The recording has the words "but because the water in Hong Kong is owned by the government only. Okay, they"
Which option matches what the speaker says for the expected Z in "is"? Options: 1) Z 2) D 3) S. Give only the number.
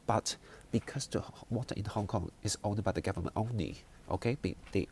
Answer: 3